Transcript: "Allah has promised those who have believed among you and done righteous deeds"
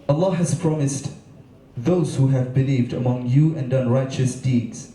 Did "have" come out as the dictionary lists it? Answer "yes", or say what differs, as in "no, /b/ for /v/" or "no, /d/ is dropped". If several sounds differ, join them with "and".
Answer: yes